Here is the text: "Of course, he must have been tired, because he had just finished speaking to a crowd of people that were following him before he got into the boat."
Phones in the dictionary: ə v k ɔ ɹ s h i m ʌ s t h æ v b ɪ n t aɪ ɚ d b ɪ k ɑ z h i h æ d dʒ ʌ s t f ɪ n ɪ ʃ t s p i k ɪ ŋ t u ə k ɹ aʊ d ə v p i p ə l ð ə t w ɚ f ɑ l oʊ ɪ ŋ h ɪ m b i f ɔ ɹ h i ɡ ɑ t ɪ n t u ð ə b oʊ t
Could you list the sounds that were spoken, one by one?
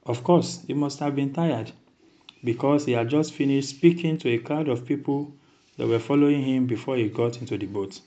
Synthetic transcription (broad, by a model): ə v k ɔ s h i m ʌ s t h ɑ v b ɪ n t aɪ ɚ d b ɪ k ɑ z h i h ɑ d dʒ ʌ s t f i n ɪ ʃ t s p i k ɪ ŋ t u ə k aʊ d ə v p i p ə l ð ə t w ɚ f ɑ l oʊ ɪ ŋ h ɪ m b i f ɔ h i ɡ ɑ t ɪ n t u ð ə b oʊ t